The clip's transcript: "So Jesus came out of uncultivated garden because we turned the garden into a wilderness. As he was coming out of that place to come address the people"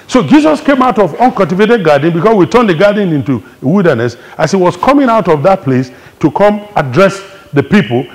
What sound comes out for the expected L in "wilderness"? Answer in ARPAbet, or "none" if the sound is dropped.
L